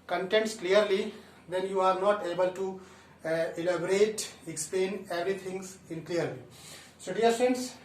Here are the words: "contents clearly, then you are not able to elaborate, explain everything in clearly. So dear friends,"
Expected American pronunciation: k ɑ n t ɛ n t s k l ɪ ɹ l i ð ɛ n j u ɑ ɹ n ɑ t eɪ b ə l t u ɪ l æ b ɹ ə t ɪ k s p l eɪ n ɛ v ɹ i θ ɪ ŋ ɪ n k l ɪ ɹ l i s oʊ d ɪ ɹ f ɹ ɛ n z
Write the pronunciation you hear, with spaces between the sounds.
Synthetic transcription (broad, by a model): k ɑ n t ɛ n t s k l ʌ ɹ l i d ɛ n j u ɑ ɹ n ɑ t eɪ b ə l t u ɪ l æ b ɹ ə t ɪ k s p l eɪ n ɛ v ɹ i t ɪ ŋ ɪ n k l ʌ ɹ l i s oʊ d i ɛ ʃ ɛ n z